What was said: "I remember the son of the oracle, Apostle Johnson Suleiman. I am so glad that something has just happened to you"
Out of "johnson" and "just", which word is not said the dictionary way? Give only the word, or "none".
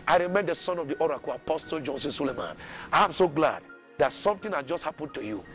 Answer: none